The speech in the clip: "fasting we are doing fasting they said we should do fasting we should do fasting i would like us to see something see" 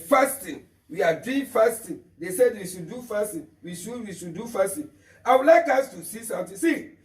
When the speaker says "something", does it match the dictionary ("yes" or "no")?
no